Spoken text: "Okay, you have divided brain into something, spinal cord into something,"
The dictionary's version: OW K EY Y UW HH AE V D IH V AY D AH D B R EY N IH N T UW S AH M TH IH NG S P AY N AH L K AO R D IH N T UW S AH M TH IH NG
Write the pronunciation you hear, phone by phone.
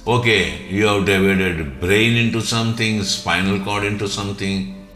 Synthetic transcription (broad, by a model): OW K EY Y UW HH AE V D IH V AY D AH D B R EY N IH N T UW S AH M T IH NG S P AY N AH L K AO R D IH N T UW S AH M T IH NG